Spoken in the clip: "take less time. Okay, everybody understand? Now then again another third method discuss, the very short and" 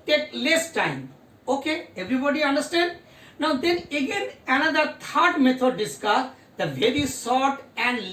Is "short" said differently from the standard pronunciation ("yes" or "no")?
yes